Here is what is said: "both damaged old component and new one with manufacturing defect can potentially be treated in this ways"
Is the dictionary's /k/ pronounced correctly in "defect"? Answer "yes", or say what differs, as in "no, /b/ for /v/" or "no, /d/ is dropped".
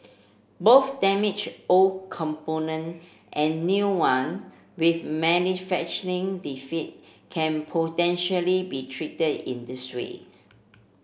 no, /k/ is dropped